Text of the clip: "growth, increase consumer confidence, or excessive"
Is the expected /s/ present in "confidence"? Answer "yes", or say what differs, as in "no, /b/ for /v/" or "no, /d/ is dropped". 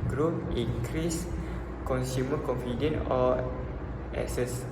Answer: no, /s/ is dropped